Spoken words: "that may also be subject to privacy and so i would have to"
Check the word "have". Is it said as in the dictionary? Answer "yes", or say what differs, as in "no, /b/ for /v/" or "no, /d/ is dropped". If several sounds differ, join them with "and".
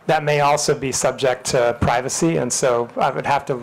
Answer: no, /f/ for /v/